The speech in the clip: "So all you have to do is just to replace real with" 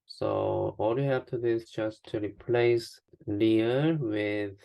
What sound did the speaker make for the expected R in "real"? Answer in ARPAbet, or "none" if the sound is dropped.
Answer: L